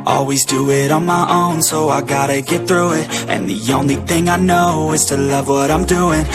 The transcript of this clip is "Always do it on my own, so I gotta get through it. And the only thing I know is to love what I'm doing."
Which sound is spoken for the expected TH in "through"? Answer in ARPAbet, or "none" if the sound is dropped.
TH